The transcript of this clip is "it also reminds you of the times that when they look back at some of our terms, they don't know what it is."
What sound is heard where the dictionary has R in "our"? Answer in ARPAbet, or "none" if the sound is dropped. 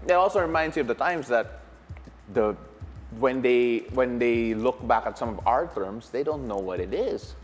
R